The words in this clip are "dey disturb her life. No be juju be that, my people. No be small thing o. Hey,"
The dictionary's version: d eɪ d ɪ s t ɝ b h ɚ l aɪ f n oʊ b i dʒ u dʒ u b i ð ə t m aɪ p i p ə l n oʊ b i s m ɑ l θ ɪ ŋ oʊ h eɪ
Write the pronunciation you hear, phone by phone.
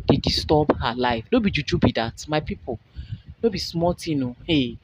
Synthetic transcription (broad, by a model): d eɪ d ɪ s t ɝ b h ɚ l aɪ f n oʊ b i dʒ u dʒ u b i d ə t m aɪ p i p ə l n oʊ b i s m ɑ l t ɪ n oʊ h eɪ